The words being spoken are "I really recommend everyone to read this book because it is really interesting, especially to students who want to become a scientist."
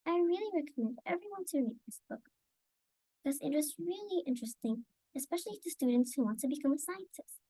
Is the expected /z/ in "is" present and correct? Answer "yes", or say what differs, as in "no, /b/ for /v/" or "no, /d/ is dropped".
yes